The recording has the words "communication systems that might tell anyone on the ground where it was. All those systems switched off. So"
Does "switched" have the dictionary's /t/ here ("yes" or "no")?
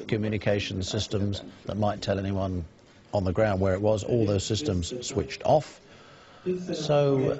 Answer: yes